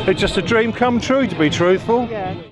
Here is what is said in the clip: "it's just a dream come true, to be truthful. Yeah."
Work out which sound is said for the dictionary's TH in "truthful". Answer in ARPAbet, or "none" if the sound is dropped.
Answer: TH